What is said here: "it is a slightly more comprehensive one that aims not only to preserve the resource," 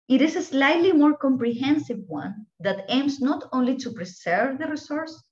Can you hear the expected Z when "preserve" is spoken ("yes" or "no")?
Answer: no